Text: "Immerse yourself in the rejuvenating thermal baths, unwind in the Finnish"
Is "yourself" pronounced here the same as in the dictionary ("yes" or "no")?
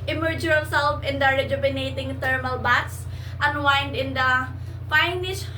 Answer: no